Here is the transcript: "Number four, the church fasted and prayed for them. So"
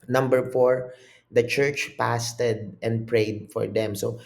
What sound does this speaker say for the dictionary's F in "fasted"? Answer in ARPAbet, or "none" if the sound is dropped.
P